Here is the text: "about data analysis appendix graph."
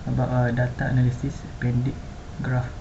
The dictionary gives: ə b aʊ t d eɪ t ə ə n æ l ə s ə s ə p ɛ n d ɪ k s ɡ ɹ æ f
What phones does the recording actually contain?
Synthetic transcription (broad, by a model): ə b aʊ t d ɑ t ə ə n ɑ l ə s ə s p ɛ n d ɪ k ɡ ɹ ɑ f